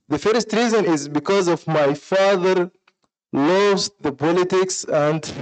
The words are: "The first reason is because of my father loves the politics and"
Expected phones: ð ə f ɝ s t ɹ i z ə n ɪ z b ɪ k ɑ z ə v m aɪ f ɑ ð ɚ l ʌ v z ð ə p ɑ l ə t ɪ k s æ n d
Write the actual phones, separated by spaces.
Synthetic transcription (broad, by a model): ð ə f ɝ s t ɹ i z ə n ɪ z b ɪ k ɑ z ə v m aɪ f ɑ ð ɚ l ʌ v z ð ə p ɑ l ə t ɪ k s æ n d